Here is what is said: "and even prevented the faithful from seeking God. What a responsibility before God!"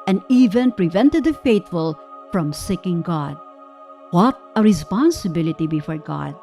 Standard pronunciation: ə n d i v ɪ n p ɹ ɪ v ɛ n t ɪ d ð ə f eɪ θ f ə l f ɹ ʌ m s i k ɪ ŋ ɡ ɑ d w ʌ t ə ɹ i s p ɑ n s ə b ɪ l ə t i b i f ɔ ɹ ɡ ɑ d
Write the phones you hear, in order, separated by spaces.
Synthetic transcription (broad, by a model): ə n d i v ɪ n p ɹ ɪ v ɛ n t ɪ d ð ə f eɪ t f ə l f ɹ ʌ m s i k ɪ ŋ ɡ ɑ d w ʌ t ə ɹ i s p ɑ n s ə b ɪ l ə t i b i f ɔ ɹ ɡ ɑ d